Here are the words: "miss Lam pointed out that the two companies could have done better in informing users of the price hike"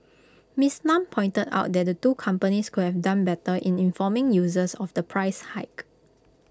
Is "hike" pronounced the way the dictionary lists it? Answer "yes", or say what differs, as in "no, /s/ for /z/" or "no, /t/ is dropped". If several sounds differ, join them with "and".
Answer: yes